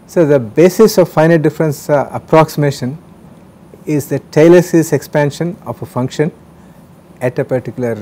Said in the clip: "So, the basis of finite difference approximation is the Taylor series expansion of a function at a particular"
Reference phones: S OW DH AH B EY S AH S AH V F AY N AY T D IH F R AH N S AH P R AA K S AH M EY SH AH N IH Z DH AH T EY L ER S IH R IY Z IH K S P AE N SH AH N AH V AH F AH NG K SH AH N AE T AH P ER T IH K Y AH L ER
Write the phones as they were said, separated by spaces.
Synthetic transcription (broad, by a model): S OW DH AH B EY S AH S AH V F AY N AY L D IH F R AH N S AH P R AA K S AH M EY SH AH N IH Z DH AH T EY L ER S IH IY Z IH K S P AE N SH AH N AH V AH F AH NG K SH AH N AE T AH P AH T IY K Y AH L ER